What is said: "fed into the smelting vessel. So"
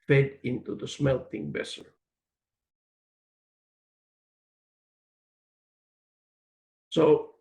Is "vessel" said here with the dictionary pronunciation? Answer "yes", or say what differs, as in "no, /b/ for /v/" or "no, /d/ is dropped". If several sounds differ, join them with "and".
no, /b/ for /v/